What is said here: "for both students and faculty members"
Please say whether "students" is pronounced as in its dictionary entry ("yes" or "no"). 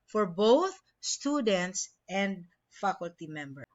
yes